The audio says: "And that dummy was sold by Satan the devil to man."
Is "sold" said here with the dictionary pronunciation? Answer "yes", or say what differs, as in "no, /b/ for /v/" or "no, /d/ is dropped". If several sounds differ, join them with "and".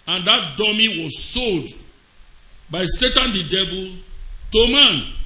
yes